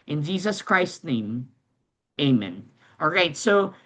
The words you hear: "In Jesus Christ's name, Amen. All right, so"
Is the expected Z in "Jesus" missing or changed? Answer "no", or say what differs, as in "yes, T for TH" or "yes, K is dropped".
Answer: no